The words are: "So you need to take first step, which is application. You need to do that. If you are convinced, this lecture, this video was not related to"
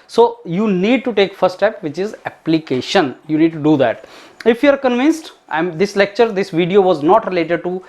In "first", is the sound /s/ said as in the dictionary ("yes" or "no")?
no